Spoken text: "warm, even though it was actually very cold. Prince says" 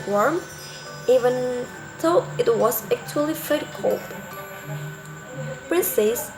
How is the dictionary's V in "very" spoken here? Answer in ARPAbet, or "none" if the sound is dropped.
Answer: F